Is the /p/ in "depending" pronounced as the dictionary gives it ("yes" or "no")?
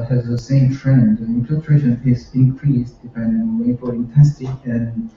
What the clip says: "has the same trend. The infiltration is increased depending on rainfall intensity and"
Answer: no